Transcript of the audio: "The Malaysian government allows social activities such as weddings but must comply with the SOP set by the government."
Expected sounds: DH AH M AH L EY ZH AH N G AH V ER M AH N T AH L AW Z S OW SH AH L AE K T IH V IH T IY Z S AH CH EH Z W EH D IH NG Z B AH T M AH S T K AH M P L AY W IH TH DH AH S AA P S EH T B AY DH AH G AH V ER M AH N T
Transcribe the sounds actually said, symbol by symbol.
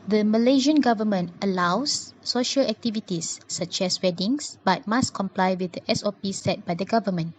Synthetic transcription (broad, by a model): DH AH M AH L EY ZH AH N G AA V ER M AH N T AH L AW S OW SH AH L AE K T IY V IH T IY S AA CH EH S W EH D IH NG S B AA T M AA S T K AH M P L AY W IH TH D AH S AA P S EH T B AY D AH G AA V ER M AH N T